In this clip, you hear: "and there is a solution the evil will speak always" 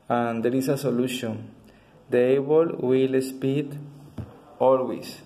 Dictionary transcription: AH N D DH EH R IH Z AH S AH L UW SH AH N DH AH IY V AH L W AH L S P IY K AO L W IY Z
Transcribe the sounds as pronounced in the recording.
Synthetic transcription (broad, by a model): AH N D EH R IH S AH S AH L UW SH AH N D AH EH B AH L W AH L S P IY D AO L W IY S